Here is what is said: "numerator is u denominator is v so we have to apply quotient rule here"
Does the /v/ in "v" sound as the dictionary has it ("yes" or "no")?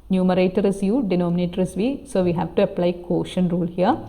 yes